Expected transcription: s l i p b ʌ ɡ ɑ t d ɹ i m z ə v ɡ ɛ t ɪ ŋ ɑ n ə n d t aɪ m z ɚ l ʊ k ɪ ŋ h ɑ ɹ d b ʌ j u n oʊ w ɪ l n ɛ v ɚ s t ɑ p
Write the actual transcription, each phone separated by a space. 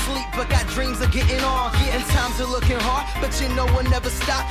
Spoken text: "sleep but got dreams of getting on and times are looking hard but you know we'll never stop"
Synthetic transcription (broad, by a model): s l i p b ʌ ɡ ɑ t d ɹ i m z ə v ɡ ɛ t ɪ ŋ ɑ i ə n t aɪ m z ɚ l ʊ k ɪ ŋ h ɑ ɹ d b ʌ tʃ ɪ n oʊ w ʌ n ɛ v ɚ s t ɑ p